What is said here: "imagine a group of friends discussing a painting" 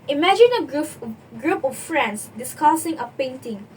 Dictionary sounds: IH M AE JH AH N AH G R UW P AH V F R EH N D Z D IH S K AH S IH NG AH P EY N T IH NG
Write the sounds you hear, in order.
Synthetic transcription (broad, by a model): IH M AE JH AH N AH G R UW P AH F F R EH N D S D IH S K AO S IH NG AH P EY N T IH NG